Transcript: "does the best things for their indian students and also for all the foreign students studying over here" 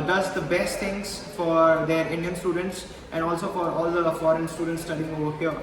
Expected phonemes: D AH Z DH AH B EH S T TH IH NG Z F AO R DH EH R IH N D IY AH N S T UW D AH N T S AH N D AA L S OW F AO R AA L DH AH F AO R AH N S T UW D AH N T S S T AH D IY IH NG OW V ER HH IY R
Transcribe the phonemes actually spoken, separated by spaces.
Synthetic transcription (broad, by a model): D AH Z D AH B EH S T T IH NG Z F AO R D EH R IH N D IY AH N S T UW D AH N T S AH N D AA L S OW F AO R AA L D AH F AO R AH N S T UW D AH N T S S T AH D IY IH NG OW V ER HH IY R